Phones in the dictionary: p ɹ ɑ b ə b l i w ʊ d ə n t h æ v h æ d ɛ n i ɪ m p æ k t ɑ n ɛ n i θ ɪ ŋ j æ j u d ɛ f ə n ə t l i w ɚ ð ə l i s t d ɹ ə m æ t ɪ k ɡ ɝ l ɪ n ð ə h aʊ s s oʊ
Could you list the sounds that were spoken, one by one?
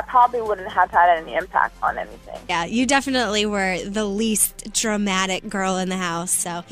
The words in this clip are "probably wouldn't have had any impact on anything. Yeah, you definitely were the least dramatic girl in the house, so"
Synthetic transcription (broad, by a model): p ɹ ɑ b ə b l i w ʊ d n t h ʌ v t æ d ɛ n i ɪ m p æ k t n ɛ n i θ ɪ ŋ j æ j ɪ d ɛ f ə n ə t l i w ɚ ð ə l i s t d ɹ ə m æ t ɪ k ɡ ɝ l ɪ n ð ə h aʊ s s oʊ